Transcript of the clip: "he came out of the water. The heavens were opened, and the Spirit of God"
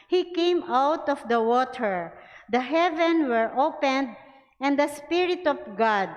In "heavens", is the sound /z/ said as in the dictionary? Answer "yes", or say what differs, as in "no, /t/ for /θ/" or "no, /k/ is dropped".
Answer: no, /z/ is dropped